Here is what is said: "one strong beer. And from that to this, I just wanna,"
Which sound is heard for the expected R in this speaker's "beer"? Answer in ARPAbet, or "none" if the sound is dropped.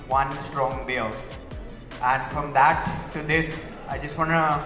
L